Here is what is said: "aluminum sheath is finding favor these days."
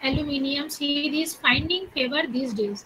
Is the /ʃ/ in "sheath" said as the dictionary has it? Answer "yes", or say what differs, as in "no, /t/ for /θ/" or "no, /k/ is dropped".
no, /s/ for /ʃ/